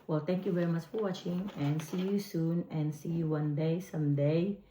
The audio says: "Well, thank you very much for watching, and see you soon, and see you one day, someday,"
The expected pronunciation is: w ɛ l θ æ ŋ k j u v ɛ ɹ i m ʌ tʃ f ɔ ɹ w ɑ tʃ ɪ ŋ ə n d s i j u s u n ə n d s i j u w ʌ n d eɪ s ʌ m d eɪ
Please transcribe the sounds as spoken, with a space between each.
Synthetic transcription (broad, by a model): w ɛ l t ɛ ŋ k j u v ɛ ɹ i m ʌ tʃ f ɔ ɹ w ɑ tʃ ɪ ŋ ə n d s i j u s u n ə n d s i j u w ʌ n d eɪ s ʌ m d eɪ